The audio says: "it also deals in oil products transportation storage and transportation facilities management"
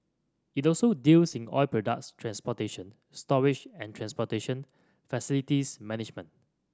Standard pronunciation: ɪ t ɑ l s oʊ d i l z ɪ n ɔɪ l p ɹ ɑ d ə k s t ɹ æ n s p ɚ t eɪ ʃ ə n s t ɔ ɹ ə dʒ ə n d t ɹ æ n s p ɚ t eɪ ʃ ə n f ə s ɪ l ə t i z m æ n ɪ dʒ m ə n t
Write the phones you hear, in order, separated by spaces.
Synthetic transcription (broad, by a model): ɪ t ɑ l s oʊ d i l s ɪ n ɔɪ l p ɹ ɑ d ə k s t ɹ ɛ n s p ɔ t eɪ ʃ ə n s t ɔ ɹ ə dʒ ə n t ɹ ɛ n s p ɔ t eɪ ʃ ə n f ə s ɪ l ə t i s m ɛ n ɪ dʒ m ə n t